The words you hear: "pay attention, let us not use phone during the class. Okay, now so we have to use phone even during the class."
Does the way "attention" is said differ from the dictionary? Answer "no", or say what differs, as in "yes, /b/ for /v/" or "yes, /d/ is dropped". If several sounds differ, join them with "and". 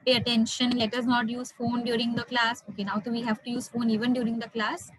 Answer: no